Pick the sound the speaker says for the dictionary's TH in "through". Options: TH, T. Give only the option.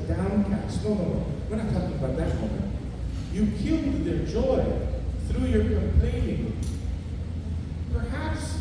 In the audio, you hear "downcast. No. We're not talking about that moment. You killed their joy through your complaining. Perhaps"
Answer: TH